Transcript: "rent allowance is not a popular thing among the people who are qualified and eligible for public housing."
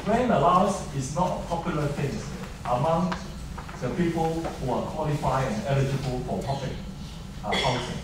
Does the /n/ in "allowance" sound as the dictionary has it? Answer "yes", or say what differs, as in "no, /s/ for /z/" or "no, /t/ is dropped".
no, /n/ is dropped